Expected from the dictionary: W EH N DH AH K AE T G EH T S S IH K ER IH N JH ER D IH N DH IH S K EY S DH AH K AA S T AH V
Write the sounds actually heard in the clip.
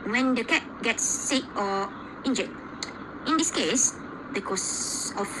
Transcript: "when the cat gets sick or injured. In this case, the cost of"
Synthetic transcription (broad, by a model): W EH N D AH K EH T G EH T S S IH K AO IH N JH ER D IH N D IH S K EY S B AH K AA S AH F